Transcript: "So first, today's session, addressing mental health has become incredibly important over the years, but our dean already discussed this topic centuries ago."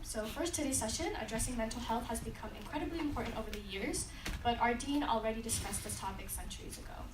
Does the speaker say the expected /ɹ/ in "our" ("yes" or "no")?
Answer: yes